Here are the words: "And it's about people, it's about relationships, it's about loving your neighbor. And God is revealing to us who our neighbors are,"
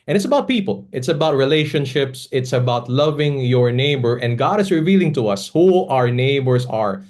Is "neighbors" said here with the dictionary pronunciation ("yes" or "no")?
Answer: no